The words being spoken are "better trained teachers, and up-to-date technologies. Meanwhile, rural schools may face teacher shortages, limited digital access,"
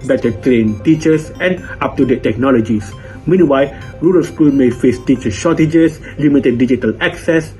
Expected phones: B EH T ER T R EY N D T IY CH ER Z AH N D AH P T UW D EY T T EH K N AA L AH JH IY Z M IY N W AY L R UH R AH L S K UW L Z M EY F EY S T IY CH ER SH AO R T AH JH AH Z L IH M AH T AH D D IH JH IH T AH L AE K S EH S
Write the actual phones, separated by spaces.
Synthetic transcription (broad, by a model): B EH T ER T R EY N T IY CH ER S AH N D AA P T UW D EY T T EH K N AA L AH JH IY S M IY N W AY L R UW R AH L S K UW L M EY F EY S T IY CH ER SH AO T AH JH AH S L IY M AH T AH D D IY JH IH T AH L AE K S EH S